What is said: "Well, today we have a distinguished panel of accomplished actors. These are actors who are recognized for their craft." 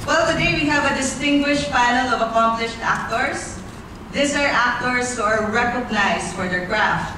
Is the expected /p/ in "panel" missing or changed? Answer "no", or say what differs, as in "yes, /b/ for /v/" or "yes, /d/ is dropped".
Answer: yes, /f/ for /p/